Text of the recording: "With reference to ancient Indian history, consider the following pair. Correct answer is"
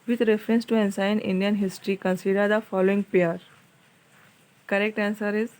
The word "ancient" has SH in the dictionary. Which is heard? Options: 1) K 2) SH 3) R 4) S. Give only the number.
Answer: 4